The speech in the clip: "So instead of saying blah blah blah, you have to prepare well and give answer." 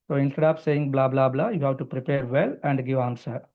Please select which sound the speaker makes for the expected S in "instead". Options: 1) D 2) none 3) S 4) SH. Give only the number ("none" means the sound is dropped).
2